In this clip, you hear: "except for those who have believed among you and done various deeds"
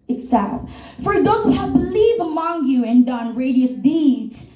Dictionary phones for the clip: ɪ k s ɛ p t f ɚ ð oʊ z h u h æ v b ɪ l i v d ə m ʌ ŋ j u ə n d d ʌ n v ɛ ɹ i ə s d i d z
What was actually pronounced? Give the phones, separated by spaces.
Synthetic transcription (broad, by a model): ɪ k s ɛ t f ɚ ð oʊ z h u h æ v b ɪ l i v ə m ʌ ŋ j u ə n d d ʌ n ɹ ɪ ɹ i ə s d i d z